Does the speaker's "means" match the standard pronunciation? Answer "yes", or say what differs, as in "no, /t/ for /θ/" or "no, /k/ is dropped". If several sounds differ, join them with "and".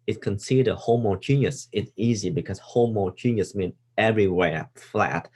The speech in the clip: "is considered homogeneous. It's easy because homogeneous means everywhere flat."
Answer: no, /z/ is dropped